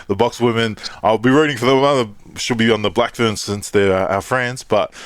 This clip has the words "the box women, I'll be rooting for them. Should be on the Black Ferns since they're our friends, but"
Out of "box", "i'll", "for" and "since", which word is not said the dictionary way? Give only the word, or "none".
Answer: none